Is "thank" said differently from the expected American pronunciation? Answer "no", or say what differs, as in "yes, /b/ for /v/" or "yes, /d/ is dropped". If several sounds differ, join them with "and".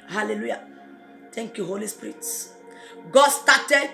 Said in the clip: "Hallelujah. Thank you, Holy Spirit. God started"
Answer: yes, /t/ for /θ/